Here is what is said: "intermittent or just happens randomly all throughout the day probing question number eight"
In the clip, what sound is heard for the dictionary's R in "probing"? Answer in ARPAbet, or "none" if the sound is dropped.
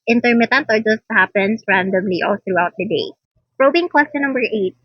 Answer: R